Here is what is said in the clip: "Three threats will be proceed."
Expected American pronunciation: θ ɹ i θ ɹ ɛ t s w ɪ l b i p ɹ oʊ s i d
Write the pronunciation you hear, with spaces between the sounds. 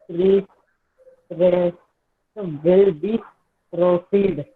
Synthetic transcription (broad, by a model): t ɹ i s ɹ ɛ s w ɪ l b i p ɹ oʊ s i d